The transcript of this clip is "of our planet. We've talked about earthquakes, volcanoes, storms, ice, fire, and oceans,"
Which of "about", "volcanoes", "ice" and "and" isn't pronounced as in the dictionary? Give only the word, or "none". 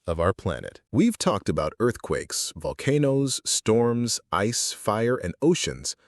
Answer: none